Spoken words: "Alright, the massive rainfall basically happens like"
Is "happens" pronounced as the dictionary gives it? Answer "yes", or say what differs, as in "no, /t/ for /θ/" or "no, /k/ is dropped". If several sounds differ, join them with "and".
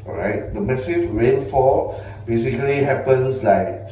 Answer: no, /s/ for /z/